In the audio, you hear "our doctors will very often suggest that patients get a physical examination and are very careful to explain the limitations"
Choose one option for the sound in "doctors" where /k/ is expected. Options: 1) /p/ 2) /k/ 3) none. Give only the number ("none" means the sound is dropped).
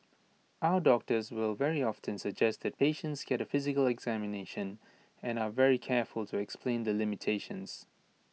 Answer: 2